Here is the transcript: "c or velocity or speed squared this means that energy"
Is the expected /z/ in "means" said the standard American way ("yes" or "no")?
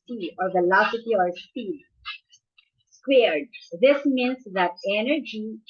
no